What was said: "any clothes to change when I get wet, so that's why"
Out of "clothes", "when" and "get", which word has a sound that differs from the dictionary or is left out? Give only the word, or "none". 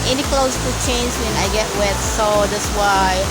clothes